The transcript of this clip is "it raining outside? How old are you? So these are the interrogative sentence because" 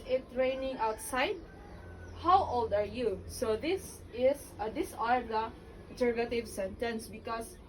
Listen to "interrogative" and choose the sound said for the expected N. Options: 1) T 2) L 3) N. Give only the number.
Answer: 2